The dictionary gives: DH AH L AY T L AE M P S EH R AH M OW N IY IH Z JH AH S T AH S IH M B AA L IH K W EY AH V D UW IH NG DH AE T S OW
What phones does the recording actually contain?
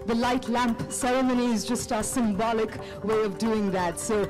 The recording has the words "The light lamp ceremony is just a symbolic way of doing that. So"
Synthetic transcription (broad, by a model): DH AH L AY T L AE M P S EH R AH M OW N IY IH Z JH AH S T AH S IH M B AA L IH K W EY AH V D UW IH NG DH AE T S OW